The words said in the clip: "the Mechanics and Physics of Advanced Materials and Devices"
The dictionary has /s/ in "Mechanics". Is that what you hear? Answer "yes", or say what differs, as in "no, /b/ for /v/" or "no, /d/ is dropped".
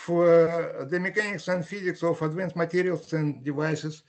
yes